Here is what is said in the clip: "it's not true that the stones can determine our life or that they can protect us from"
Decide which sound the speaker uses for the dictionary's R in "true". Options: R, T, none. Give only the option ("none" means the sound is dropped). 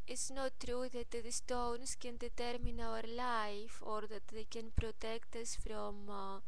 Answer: R